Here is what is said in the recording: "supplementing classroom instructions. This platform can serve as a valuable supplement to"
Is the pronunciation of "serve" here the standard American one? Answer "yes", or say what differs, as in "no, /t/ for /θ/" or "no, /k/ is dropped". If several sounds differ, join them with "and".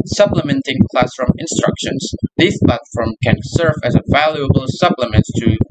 yes